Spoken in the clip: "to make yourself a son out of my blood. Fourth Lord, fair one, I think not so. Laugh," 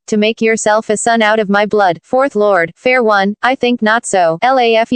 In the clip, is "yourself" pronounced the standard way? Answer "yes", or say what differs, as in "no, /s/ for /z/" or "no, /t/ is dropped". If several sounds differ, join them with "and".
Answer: yes